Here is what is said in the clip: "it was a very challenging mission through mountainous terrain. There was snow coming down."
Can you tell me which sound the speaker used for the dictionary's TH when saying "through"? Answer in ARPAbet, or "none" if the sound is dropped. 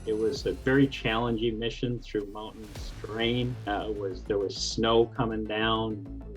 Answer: TH